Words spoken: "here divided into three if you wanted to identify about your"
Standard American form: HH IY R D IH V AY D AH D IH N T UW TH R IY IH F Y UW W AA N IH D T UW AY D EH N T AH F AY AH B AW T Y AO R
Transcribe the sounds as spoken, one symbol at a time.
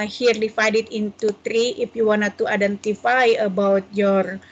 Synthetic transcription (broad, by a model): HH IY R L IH F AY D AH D IH N T UW T R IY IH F Y UW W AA N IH T UW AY D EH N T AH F AY AH B AW T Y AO R